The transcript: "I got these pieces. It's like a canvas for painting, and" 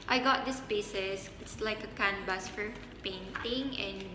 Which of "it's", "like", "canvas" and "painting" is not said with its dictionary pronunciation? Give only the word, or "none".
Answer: canvas